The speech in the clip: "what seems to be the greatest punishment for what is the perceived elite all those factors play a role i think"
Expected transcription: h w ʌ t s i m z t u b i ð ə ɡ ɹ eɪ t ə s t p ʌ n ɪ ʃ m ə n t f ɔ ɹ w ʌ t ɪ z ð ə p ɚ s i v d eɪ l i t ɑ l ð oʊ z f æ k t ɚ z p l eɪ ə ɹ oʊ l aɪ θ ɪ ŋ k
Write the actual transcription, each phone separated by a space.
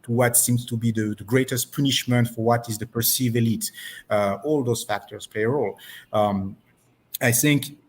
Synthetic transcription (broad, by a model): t w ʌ t s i m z t u b i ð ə ɡ ɹ eɪ t ə s t p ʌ n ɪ ʃ m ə n t f ɔ ɹ w ʌ t ɪ z ð ə p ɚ s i v eɪ l i t ɑ l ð oʊ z f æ k t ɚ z p l eɪ ə ɹ oʊ l aɪ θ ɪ ŋ k